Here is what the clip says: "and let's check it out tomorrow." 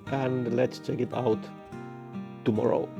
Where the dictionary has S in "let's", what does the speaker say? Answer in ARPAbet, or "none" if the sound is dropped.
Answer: S